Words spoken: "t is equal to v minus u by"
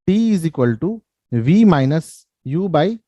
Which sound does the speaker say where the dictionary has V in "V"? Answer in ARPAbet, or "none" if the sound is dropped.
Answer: V